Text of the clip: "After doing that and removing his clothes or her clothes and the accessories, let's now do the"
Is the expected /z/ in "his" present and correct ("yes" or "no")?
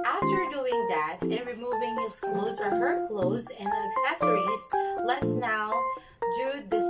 no